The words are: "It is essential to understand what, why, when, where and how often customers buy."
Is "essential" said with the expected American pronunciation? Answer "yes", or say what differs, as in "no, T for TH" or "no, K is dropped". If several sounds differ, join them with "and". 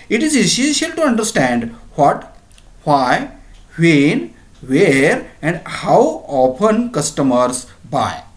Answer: no, N is dropped